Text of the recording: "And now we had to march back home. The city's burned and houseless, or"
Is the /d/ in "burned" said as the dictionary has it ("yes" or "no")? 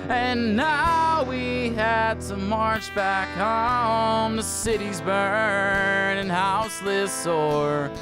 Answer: no